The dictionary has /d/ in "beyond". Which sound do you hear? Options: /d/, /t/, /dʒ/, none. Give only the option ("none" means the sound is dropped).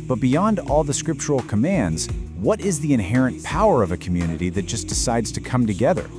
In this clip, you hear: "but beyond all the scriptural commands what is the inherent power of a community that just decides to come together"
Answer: /d/